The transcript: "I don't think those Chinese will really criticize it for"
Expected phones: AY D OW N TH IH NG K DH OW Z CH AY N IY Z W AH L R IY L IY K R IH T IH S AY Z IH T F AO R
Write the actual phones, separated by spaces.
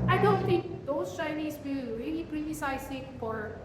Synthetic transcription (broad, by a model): AY D OW N T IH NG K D OW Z CH AY N IY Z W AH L R IY L IY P R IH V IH S AY S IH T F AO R